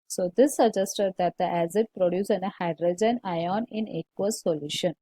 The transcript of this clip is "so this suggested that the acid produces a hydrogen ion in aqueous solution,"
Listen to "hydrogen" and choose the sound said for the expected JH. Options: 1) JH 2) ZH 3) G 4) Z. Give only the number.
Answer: 1